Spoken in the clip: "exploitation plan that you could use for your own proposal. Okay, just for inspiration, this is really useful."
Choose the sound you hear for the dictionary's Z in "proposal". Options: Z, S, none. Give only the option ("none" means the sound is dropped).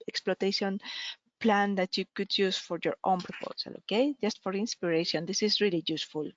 S